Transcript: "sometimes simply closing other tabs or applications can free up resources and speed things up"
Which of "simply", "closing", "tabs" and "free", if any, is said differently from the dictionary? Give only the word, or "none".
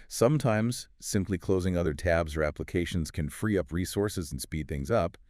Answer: none